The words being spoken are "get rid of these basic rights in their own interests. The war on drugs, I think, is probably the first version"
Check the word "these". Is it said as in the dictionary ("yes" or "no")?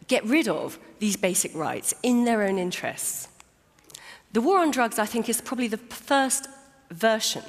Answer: yes